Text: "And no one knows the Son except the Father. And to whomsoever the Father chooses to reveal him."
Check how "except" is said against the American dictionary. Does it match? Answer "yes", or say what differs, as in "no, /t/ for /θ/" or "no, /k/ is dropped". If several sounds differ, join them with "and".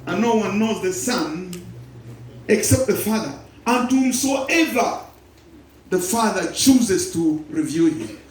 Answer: yes